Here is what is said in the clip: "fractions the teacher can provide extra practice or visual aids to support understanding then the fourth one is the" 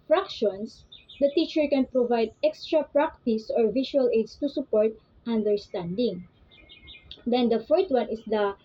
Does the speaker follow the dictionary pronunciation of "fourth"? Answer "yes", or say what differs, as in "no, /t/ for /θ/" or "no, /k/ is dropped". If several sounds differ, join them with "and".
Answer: no, /t/ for /θ/